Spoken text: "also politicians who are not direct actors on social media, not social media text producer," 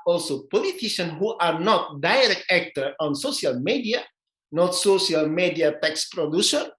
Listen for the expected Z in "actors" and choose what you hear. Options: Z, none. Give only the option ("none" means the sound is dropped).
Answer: none